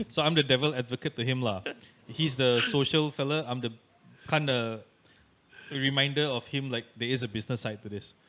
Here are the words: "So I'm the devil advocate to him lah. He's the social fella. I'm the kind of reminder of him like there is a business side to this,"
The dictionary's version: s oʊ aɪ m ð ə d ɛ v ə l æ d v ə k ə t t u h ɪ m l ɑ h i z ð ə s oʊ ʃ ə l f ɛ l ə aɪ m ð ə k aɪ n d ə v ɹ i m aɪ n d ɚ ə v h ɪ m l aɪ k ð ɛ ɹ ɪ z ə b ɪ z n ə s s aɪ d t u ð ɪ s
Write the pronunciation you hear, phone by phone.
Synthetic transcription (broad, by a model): s oʊ aɪ m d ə d ɛ v ə l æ d v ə k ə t t u h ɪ m l ɑ h i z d ə s oʊ ʃ ə l f ɛ l ə aɪ m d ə k aɪ n d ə ɹ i m aɪ n d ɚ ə f h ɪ m l aɪ k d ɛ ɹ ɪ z ə b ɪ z n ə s s aɪ t u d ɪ s